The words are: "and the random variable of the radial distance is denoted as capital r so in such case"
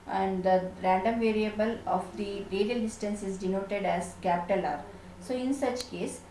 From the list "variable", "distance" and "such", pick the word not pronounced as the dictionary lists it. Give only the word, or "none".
none